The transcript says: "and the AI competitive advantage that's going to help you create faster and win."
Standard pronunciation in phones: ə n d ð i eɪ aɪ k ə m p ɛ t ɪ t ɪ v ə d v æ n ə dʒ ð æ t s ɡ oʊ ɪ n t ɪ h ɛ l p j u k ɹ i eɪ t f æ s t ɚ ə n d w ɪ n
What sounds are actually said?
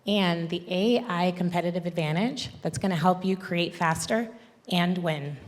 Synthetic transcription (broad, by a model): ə n ð i eɪ aɪ k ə m p ɛ t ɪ t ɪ v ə d v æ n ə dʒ ð æ t s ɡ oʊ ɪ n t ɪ h ɛ l p j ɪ k ɹ i eɪ t f æ s t ɚ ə n w ɪ n